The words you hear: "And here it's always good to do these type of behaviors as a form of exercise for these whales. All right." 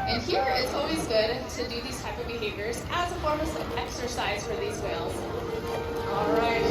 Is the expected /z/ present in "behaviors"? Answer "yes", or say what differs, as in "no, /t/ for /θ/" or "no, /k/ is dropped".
yes